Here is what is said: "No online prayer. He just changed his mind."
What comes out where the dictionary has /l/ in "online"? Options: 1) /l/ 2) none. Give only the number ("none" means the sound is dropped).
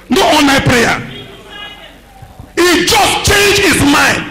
2